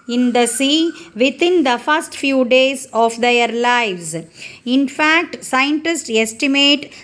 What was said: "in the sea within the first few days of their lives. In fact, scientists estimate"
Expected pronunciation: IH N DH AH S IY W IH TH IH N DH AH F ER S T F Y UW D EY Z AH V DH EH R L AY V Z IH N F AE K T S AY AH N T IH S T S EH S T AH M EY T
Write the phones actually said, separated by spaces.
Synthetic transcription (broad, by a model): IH N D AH S IY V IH T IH N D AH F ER S T F Y UW D EY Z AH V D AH R L AY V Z IH N F AE K T S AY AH N T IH S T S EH S T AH M EY T